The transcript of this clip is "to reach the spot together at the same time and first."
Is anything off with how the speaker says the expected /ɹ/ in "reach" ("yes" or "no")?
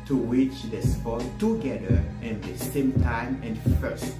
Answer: yes